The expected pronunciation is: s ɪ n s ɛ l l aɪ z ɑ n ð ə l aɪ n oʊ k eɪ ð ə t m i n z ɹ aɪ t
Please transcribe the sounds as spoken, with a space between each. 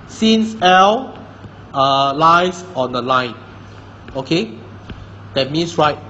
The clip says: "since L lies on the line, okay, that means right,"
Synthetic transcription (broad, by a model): s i n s ɛ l l aɪ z ɑ n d ə l aɪ n oʊ k eɪ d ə t m i n s ɹ aɪ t